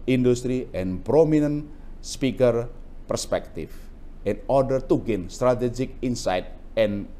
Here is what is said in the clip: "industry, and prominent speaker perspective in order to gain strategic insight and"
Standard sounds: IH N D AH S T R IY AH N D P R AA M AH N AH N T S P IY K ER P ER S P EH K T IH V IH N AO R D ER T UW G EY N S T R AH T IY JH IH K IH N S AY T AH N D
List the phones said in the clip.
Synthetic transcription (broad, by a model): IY N D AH S T R IY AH N P R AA M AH N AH N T S P IY K ER P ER S P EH K T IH F IH N AO R D ER T UW G EY N S T R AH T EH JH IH K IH N S AY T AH N